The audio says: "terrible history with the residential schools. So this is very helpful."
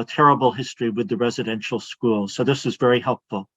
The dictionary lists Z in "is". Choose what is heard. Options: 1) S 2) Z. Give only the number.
2